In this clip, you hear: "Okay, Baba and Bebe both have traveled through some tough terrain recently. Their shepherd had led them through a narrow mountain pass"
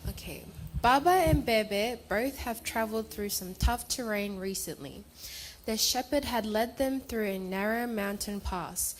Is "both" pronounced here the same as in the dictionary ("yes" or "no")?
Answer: yes